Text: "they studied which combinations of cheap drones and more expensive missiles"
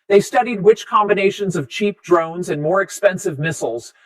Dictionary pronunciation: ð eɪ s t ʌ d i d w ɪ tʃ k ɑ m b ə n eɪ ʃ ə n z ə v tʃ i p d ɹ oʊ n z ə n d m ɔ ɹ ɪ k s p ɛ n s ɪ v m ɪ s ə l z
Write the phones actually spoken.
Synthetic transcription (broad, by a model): ð eɪ s t ʌ d i d w ɪ tʃ k ɑ m b ə n eɪ ʃ ə n z ə v tʃ i p d ɹ oʊ n z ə n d m ɔ ɹ ɪ k s p ɛ n s ɪ v m ɪ s l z